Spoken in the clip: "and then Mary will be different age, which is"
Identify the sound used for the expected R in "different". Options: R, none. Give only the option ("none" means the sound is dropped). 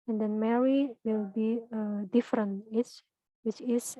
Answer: R